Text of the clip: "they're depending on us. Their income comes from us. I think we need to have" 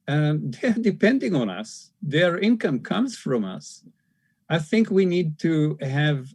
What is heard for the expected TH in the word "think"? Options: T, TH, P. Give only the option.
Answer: TH